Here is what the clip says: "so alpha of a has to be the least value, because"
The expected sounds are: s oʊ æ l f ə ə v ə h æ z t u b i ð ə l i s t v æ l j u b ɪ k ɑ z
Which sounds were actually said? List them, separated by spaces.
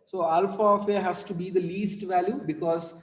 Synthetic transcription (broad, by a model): s oʊ æ l f ə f ə h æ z t u b i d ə l i s t v æ l j u b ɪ k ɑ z